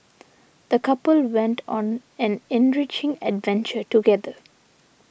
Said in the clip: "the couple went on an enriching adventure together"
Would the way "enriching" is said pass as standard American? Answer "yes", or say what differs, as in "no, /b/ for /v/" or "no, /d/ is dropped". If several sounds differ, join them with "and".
yes